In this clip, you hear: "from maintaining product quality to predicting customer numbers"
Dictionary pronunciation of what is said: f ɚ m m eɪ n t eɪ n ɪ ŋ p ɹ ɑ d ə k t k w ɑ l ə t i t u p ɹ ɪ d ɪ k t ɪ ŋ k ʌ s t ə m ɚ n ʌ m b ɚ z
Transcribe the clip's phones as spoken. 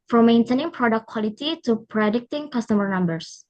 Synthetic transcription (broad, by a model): f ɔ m m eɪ n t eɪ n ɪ ŋ p ɹ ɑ d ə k k w ɑ l ə t i t u p ɹ ɪ d ɪ k t ɪ ŋ k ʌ s t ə m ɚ n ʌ m b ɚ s